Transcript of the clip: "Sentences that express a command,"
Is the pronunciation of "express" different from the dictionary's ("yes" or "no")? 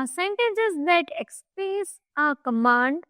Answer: yes